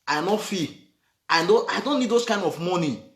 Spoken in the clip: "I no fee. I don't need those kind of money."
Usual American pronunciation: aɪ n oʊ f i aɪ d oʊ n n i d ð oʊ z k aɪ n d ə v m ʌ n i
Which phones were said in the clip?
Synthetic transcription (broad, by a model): aɪ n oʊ f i aɪ d oʊ n n i d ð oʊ s k aɪ n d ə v m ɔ n i